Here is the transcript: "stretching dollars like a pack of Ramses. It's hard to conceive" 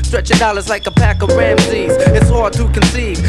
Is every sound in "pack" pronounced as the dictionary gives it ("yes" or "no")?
yes